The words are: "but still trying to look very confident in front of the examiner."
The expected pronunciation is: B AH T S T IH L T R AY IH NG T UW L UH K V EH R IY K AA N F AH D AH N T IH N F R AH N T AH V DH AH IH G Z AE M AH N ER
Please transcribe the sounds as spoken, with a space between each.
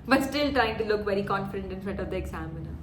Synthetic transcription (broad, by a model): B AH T S T IH L T R AY IH NG T UW L UH K V EH R IY K AA N F AH D AH N T IH N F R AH T AH V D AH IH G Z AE M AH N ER